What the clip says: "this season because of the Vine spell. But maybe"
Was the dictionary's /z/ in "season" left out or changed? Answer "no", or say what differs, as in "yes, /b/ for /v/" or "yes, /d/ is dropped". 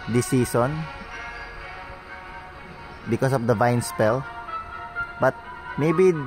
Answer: yes, /s/ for /z/